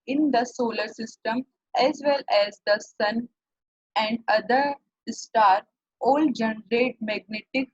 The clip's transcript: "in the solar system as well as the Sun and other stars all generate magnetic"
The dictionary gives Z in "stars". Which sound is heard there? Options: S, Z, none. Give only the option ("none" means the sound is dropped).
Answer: none